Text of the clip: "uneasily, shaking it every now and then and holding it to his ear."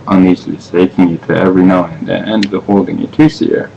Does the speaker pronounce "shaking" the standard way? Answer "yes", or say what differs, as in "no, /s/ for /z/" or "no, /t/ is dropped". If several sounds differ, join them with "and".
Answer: no, /s/ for /ʃ/